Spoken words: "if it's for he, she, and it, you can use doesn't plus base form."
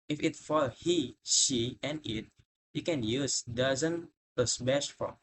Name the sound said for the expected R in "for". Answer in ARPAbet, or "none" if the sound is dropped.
L